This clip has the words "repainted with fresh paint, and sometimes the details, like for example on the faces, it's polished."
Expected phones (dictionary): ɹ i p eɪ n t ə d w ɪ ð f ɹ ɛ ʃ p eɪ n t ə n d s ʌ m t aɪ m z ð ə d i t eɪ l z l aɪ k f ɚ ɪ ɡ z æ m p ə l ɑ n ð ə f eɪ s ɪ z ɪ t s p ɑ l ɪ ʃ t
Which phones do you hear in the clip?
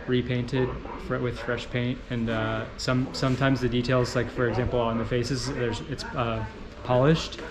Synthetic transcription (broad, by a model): ɹ i p eɪ n t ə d w ɪ ð f ɹ ɛ ʃ p eɪ n t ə n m s ʌ m t aɪ m z ð ə d i t eɪ l z l aɪ k f ɚ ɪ ɡ z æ m p l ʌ n ð ə f eɪ s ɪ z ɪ t s p ɑ l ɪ ʃ t